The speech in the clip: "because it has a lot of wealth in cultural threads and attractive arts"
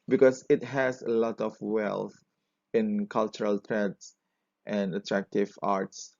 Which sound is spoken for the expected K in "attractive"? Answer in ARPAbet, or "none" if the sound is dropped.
K